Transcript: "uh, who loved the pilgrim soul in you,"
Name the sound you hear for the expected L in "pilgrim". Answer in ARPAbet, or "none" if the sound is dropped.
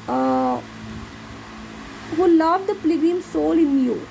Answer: none